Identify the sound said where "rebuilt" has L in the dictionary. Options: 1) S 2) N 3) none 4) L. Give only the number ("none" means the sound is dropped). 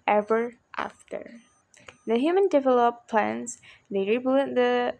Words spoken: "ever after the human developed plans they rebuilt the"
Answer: 3